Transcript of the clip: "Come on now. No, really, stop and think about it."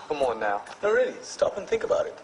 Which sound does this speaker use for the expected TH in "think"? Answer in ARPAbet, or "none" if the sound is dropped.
TH